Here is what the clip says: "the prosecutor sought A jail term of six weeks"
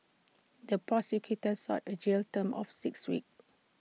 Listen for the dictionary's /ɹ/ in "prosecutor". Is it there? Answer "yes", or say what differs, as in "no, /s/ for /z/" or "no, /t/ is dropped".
no, /ɹ/ is dropped